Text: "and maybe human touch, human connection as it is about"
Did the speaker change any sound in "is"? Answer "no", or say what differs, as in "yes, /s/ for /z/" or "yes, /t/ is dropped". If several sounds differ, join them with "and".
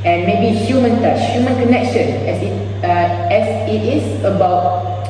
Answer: yes, /s/ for /z/